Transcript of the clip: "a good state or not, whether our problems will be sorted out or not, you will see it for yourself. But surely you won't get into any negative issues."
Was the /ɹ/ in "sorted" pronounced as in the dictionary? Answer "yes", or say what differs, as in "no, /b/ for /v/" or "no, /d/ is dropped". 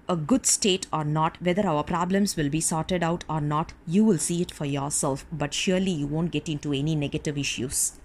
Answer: yes